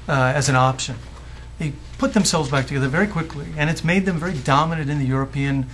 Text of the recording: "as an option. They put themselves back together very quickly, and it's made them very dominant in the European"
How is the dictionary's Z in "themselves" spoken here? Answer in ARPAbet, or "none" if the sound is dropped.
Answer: Z